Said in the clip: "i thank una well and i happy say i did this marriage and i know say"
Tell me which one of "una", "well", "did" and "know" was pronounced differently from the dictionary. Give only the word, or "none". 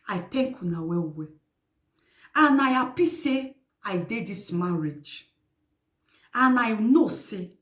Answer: well